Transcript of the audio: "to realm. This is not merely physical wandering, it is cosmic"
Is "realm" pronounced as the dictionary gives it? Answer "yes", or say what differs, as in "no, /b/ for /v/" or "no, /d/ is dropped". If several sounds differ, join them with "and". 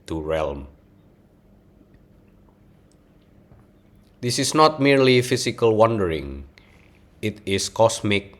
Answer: yes